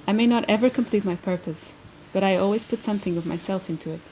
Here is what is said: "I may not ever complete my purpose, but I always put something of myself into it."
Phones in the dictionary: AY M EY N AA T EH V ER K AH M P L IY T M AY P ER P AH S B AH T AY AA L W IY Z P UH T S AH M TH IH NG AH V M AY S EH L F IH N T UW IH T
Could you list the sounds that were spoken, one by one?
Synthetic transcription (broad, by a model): AY M EY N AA T EH V ER K AH M P L IY T M AY P ER P AH S B AH T AY AA L W IY Z P UH T S AH M TH IH NG AH V M AY S EH L F IH N T UW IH T